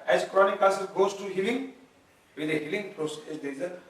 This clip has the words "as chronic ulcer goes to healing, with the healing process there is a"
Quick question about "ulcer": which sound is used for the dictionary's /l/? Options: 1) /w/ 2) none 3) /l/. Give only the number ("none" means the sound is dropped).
2